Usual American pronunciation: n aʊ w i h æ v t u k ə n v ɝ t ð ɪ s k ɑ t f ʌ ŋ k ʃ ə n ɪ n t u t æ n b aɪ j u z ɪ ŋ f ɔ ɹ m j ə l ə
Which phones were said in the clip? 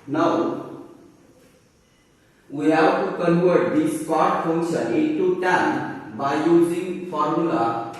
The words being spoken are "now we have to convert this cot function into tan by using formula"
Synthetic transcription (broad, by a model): n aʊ w i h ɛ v t u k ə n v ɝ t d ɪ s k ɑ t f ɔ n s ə ɪ t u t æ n b aɪ j u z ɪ ŋ f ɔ ɹ m j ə l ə